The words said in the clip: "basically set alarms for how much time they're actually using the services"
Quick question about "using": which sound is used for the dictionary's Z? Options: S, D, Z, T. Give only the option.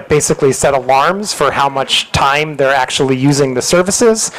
Z